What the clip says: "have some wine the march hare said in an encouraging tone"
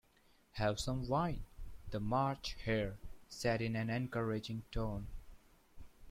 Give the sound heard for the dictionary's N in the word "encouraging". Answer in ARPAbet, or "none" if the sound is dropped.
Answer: N